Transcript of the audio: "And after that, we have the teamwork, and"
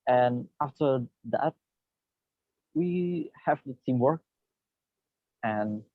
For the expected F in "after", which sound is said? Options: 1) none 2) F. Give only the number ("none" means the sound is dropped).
2